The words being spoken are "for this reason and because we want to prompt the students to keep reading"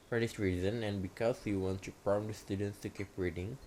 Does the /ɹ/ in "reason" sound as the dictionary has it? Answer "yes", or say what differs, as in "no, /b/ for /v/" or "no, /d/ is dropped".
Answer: yes